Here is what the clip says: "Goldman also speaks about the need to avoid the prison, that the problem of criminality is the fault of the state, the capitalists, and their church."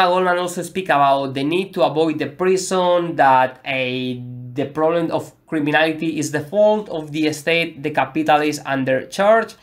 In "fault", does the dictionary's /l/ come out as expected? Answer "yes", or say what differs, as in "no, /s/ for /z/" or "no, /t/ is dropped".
yes